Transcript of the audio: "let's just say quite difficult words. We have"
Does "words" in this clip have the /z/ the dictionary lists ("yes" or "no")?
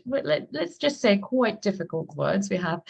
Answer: yes